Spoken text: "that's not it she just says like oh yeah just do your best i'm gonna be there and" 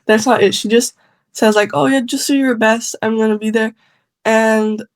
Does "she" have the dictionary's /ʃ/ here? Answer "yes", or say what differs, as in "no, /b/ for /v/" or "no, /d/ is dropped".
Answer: yes